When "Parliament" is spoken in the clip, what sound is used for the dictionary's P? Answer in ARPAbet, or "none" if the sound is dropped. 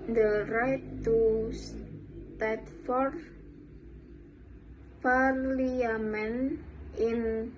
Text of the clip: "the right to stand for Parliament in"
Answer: F